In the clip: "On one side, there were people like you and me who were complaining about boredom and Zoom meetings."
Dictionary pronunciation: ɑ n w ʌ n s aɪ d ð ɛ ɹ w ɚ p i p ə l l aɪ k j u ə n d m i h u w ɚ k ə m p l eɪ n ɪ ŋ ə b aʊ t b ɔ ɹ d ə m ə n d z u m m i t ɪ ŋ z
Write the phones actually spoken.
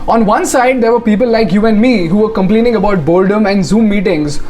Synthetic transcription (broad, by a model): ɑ n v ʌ n s aɪ d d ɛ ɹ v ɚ p i p ə l l aɪ k j u ə n d m i h u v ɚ k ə m p l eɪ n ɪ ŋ ə b aʊ t b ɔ l d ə m ə n d z u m m i t ɪ ŋ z